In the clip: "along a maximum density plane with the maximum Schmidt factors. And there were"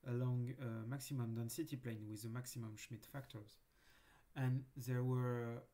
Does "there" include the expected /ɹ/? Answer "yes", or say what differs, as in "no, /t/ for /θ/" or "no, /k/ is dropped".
yes